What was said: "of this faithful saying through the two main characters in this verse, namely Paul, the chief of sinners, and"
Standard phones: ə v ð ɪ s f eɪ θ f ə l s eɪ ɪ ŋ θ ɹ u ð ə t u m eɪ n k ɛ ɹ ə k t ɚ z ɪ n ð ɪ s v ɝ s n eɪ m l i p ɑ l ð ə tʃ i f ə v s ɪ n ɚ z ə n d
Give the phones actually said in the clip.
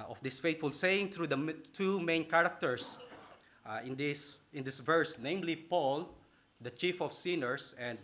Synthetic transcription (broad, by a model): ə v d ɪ s f eɪ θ f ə l s eɪ ɪ ŋ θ ɹ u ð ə t u m eɪ n k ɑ ɹ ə k t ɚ s ɪ n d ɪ s v ɝ s n eɪ m l i p ɑ l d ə tʃ i f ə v s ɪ n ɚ s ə n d